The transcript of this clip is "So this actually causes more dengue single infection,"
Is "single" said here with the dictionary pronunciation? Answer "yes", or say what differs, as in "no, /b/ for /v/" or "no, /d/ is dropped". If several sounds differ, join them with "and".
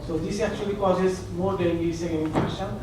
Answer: no, /n/ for /l/